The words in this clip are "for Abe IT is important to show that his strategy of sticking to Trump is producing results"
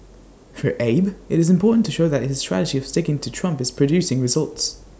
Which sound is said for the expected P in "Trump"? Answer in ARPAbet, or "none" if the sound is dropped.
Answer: P